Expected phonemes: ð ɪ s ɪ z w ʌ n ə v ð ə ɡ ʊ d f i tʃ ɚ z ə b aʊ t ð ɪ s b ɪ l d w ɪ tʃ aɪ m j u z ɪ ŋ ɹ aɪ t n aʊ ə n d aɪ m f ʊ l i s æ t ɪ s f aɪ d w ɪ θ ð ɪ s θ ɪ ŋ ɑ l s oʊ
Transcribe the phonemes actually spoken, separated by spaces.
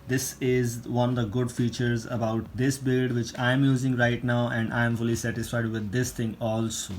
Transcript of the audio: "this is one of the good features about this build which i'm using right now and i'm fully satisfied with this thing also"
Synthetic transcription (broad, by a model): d ɪ s ɪ z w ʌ n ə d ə ɡ ʊ d f i tʃ ɚ z ə b aʊ t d ɪ s b ɪ l d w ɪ tʃ aɪ m j u z ɪ ŋ ɹ aɪ t n aʊ ə n d aɪ m f ʊ l i s æ t ɪ s f aɪ d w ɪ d ɪ s t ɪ ŋ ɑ l s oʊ